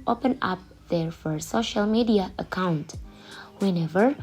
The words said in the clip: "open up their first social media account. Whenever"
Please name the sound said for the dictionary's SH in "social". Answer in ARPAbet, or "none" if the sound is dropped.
SH